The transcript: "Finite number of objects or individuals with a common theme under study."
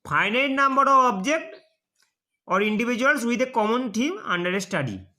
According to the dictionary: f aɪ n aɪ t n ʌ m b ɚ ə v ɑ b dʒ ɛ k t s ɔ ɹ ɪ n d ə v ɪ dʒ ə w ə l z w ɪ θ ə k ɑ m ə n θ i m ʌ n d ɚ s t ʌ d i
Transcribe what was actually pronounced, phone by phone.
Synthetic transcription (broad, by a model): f aɪ n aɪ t n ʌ m b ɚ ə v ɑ b dʒ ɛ k t ɔ ɹ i n d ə b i dʒ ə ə l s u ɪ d ə k ɑ m ə n t i m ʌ n d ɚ s t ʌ d i